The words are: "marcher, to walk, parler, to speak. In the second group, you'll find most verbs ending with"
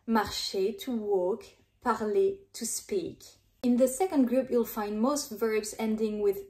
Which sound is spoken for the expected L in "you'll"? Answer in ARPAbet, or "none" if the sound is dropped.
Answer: L